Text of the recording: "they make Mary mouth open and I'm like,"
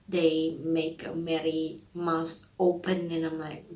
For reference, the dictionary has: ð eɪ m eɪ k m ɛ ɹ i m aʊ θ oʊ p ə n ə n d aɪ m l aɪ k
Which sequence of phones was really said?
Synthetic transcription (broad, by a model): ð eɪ m eɪ k m ɛ ɹ i m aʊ s oʊ p ə n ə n aɪ m l aɪ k